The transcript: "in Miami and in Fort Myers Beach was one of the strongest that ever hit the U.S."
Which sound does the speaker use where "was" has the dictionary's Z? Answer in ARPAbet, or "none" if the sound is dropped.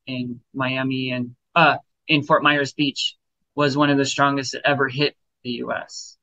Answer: Z